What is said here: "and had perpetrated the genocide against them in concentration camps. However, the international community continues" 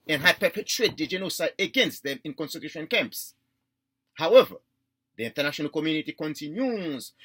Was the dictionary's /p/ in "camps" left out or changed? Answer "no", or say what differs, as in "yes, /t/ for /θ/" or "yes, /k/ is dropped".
no